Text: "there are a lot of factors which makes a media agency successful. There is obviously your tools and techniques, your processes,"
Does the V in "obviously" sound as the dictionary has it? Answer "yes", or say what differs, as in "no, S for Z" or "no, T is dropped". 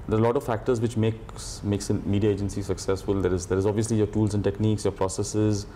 yes